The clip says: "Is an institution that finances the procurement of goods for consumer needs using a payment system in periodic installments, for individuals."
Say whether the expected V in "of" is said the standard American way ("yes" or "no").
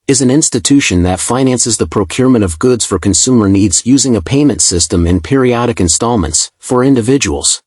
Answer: yes